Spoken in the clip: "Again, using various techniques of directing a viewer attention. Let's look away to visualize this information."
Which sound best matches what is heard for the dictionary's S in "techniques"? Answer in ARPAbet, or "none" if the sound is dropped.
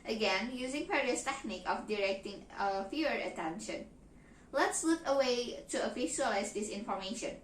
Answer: none